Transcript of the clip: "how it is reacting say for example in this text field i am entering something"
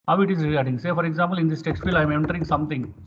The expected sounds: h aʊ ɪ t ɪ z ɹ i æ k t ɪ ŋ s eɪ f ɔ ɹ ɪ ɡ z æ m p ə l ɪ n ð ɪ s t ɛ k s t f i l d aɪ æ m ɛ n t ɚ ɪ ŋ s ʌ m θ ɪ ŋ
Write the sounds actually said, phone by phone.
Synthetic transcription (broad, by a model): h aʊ ɪ t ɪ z ɹ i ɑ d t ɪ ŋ s eɪ f ɔ ɹ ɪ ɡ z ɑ m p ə l ɪ n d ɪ s t ɛ k s t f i l aɪ m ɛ n t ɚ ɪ ŋ s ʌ m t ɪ ŋ